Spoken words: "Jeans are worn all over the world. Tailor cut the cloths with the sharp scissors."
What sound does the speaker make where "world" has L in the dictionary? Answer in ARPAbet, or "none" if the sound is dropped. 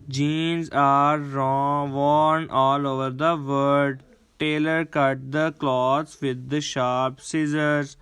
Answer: none